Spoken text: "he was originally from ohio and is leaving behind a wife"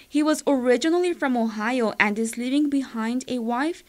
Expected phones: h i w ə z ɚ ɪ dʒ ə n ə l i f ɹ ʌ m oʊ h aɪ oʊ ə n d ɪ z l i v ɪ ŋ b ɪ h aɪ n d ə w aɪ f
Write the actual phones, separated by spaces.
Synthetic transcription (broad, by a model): h i w ə z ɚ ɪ dʒ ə n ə l i f ɹ ʌ m oʊ h aɪ oʊ ə n d ɪ z l i v ɪ ŋ b ɪ h aɪ n d ə w aɪ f